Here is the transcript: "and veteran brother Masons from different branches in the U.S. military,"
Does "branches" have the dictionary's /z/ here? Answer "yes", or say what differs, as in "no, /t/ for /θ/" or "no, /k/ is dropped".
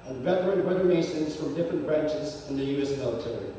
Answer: yes